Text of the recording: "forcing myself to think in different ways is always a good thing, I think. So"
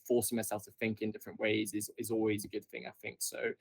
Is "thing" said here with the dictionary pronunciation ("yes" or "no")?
yes